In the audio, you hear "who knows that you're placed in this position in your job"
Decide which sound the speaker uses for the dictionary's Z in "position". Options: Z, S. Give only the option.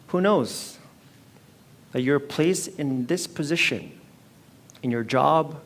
Z